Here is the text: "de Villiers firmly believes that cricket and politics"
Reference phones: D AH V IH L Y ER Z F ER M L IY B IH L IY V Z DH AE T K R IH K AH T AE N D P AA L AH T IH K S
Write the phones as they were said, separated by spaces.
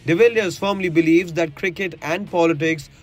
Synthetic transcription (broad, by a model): D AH V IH L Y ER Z F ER M L IY B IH L IY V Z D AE T K R IH K AH T AE N D P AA L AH T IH K S